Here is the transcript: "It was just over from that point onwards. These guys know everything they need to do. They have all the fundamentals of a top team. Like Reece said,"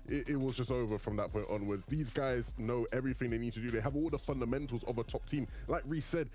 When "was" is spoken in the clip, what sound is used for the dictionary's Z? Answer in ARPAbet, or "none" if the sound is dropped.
Z